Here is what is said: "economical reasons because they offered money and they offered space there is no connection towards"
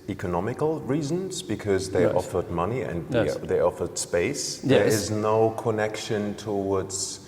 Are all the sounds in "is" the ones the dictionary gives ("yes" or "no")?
yes